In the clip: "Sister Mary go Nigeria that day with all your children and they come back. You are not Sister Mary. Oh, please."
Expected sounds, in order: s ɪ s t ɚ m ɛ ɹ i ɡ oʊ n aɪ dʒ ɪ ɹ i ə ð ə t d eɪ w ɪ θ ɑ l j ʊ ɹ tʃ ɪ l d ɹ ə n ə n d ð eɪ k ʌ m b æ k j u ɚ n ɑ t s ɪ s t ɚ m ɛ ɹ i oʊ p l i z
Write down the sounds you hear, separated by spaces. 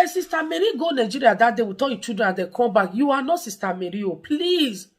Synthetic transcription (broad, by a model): s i s t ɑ m ɛ ɹ i ɡ oʊ n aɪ dʒ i ɹ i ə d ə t d eɪ w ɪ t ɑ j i tʃ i d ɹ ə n ə n d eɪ k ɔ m b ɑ k j u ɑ n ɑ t s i s t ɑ m ɛ ɹ i oʊ p l i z